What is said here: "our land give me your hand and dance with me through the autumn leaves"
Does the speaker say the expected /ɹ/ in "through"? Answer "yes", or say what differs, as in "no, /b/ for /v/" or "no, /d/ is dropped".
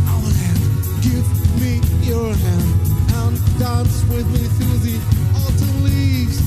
no, /ɹ/ is dropped